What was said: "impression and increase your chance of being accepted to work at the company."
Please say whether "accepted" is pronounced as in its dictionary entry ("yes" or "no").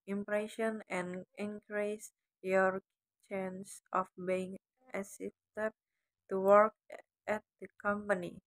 no